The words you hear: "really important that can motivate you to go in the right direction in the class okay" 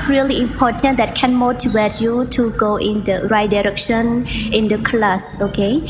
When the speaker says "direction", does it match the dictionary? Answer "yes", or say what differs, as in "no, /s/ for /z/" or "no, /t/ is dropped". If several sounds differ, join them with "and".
yes